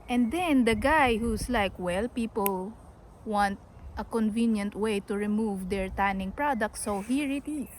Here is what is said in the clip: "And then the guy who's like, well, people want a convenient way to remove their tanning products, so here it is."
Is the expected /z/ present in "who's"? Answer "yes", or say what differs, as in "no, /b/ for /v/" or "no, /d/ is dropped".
no, /s/ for /z/